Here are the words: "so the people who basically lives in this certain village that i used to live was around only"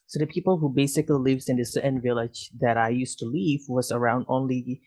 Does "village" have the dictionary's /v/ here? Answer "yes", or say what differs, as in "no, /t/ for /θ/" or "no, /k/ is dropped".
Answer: yes